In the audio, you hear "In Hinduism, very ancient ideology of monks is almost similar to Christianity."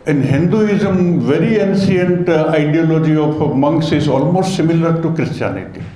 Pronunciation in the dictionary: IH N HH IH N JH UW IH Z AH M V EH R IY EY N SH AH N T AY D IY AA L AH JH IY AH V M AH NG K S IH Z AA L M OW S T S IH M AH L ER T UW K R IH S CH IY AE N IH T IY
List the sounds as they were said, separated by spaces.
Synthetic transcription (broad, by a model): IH N HH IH N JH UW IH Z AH M V EH R IY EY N S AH N T AY D IY AA L AH JH IY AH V M AH NG K S IH Z AA L M OW S T S IH M AH L ER T UW K R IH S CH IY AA N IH T IY